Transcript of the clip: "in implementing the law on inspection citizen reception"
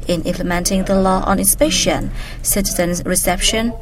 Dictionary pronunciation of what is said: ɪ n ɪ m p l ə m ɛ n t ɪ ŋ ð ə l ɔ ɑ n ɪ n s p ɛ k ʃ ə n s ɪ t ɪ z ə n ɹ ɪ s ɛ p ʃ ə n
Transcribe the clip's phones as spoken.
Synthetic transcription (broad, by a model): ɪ n ɪ m p l ə m ɛ n t ɪ ŋ ð ə l ɔ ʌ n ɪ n s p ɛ ʃ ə n s ɪ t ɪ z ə n ɹ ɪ s ɛ p ʃ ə n